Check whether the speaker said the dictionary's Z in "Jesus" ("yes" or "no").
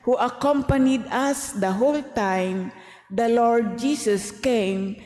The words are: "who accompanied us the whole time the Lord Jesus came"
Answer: no